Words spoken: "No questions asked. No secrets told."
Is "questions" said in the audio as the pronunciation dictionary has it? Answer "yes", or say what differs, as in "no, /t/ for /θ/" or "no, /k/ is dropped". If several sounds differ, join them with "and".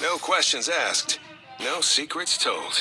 yes